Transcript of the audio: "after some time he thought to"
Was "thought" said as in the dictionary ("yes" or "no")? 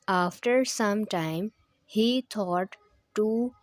no